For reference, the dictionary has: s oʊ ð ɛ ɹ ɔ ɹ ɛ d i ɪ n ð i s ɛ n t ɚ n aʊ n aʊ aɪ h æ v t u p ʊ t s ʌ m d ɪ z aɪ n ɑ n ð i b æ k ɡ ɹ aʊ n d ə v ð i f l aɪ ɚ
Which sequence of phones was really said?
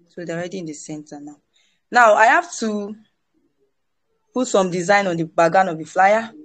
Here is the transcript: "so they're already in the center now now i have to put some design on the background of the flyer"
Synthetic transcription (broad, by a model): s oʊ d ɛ ɔ ɹ ɛ d i ɪ n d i s ɛ n t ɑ n aʊ n aʊ aɪ h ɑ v t u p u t s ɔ m d ɪ z aɪ n ɑ n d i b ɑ ɡ aʊ n ə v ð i f l aɪ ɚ